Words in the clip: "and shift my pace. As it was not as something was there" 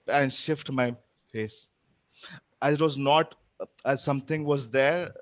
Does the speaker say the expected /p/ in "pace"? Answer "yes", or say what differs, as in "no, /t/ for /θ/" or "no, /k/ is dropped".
no, /f/ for /p/